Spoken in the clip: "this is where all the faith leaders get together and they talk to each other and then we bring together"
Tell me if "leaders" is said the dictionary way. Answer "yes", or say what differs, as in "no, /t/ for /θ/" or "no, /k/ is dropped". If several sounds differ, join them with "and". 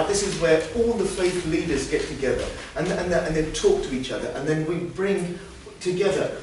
yes